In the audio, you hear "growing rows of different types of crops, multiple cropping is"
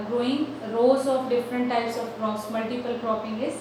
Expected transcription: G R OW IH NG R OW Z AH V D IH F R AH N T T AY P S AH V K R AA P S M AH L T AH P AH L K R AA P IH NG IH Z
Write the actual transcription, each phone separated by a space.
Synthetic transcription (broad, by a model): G R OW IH NG R OW Z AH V D IH F R AH N T T AY P S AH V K R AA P S M AH L T AH P AH L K R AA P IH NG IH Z